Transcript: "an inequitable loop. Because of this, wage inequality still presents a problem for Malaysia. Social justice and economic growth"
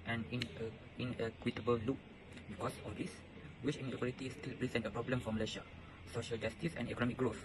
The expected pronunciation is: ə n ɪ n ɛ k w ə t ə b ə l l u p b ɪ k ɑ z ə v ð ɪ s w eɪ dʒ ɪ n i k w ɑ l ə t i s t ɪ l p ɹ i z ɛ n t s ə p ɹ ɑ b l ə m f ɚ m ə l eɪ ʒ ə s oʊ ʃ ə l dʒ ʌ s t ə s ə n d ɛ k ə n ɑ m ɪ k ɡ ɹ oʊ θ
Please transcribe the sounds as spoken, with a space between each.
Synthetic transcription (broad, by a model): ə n ɪ n ɛ k w ə t ə b ə l l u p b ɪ k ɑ s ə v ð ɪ s w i tʃ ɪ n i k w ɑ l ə t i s t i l p ɹ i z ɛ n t ə p ɹ ɑ b l ə m f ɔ m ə l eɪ ʃ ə s oʊ ʃ ə l dʒ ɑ s t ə s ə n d ɛ k ə n ɑ m ɪ k ɡ ɹ oʊ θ